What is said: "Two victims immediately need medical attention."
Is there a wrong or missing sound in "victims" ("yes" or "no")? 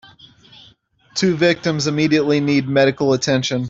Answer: no